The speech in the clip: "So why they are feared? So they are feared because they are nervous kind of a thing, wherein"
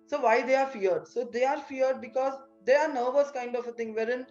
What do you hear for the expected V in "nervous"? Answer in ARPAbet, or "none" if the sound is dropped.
V